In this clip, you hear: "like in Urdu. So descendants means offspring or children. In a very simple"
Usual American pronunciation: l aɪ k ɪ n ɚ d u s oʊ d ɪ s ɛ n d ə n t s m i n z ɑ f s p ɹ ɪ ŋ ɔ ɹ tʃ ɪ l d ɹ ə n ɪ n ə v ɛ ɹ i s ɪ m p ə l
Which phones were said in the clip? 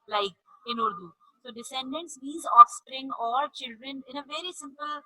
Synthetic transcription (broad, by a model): l aɪ k ɪ n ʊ d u s oʊ d ɪ s ɛ n d ə n t s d i z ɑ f s p ɹ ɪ ŋ ɔ ɹ tʃ ɪ l d ɹ ə n ɪ n ə v ɛ ɹ i s ɪ m p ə l